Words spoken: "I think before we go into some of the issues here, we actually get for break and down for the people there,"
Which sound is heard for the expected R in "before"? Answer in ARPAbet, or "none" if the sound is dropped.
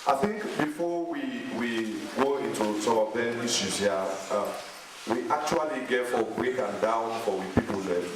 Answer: W